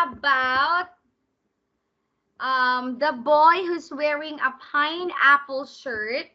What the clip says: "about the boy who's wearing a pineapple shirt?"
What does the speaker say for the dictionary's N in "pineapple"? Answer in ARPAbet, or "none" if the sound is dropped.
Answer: N